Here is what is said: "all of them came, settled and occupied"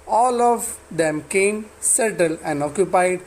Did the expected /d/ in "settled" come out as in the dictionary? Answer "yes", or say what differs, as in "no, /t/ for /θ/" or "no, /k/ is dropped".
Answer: no, /d/ is dropped